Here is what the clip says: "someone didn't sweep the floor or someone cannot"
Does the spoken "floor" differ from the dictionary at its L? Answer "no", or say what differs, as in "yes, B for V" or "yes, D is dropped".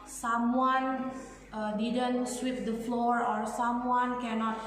no